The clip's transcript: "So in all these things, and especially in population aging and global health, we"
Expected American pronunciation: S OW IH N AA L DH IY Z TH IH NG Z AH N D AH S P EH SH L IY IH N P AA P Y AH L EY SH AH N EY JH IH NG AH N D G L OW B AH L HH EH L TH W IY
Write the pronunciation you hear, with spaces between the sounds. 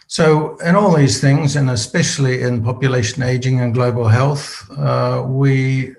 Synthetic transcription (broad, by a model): S OW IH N AA L DH IY Z TH IH NG Z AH N AH S P EH SH L IY IH N P AA P Y AH L EY SH AH N EY JH IH NG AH N G L OW B AH L HH EH L TH W IY